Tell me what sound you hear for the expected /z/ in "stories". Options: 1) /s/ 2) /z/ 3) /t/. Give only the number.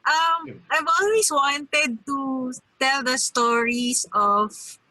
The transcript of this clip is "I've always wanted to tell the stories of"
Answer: 1